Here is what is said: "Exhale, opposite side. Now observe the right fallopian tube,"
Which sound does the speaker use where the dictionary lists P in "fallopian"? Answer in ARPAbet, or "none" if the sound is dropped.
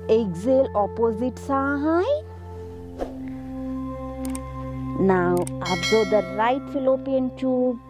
P